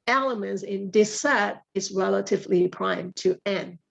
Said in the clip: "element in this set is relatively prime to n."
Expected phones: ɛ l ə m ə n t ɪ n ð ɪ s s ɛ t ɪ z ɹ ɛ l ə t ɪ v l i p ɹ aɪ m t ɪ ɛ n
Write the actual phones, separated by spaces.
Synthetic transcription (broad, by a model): ɛ l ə m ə n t ɪ n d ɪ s s ɛ t ɪ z ɹ ɛ l ə t ɪ v l i p ɹ aɪ m t ɪ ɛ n